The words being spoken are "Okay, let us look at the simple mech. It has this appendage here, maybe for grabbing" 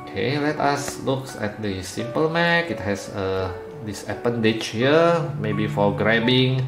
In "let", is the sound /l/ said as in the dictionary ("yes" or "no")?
yes